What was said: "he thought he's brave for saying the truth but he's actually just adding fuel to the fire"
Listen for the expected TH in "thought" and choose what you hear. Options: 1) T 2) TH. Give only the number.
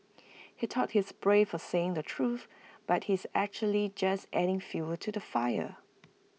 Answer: 1